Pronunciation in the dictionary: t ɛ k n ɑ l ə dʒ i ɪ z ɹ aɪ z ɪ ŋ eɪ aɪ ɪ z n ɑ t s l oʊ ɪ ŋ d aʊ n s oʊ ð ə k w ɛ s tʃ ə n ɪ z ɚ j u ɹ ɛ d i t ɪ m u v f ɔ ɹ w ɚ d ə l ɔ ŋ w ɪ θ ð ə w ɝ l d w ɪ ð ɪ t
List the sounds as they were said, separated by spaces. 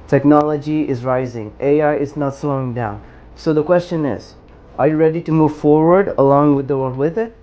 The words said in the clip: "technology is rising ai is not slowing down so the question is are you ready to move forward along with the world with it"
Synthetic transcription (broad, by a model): t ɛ k n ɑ l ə dʒ i ɪ z ɹ aɪ z ɪ ŋ eɪ aɪ ɪ z n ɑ t s l oʊ ɪ ŋ d aʊ n s oʊ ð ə k w ɛ s tʃ ə n ɪ z ɚ j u ɹ ɛ d i t ɪ m u v f ɔ ɹ w ɚ d ə l ɔ ŋ w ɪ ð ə w ɝ l d w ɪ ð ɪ t